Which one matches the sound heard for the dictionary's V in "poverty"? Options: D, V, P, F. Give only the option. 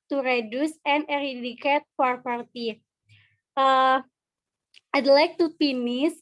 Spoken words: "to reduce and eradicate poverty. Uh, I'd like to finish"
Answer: P